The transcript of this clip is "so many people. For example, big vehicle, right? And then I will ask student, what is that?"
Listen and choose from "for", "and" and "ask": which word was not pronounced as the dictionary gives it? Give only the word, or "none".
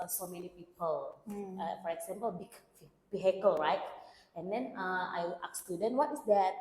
ask